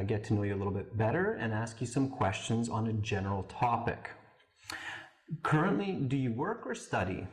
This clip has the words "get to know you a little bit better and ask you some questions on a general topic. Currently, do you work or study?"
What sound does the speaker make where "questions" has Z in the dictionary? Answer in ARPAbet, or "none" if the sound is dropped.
Z